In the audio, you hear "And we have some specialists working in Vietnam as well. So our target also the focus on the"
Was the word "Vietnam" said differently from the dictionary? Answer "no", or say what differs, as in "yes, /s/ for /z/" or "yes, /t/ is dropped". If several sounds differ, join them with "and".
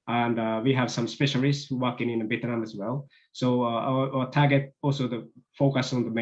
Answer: yes, /b/ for /v/